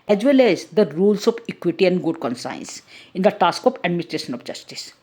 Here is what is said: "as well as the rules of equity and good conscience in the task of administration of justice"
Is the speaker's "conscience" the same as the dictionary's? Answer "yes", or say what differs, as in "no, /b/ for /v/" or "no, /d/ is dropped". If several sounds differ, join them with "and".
no, /s/ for /ʃ/